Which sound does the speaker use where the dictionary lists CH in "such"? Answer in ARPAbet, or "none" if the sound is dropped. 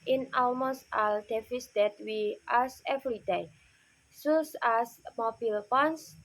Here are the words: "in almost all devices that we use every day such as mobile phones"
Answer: S